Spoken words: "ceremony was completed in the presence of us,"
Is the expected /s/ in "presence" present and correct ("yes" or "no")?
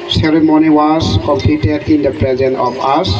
no